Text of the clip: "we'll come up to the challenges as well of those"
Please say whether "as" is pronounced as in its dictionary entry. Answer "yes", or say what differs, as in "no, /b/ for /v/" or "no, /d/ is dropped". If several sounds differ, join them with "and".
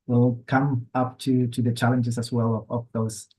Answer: no, /s/ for /z/